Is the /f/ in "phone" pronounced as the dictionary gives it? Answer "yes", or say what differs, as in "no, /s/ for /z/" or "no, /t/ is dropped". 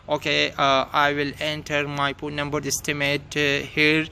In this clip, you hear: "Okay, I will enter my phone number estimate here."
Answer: no, /p/ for /f/